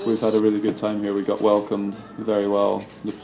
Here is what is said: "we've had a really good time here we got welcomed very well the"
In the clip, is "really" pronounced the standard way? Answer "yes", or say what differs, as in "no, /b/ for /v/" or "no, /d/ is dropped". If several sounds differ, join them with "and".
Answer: yes